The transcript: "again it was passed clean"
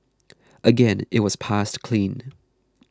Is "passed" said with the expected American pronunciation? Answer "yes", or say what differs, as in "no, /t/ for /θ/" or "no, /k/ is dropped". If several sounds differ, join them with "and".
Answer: yes